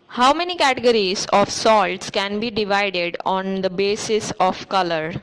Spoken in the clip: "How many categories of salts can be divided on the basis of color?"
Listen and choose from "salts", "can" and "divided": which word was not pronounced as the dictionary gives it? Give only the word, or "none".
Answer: none